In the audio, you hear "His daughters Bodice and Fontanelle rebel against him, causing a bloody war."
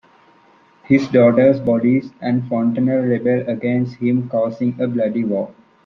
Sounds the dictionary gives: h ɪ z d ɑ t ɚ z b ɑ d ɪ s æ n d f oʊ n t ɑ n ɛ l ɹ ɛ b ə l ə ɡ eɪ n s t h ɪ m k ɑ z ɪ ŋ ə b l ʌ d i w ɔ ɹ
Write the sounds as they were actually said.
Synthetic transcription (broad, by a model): h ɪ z d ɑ t ɚ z b ɑ d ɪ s æ n d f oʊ n t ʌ n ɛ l ɹ ɛ b ə l ə ɡ eɪ n s t h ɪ m k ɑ s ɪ ŋ ə b l ʌ d i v ɔ